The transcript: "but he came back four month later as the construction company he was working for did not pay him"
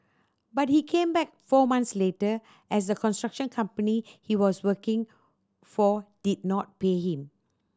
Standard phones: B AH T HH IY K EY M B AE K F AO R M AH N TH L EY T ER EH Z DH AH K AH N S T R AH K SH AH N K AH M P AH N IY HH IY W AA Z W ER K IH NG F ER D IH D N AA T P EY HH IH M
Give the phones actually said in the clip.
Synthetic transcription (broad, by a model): B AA T HH IY K EY M B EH K F AO M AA N S L EY T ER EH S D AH K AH N S T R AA K SH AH N K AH M P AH N IY HH IY W AA S W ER K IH NG F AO D IH D N AA T P EY HH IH M